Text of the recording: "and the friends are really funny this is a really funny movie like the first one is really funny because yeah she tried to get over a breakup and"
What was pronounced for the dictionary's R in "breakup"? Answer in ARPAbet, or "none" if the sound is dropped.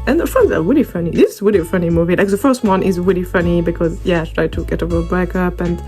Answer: none